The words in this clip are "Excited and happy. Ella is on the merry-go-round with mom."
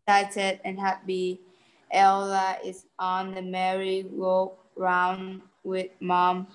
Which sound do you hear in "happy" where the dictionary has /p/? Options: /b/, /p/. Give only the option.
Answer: /b/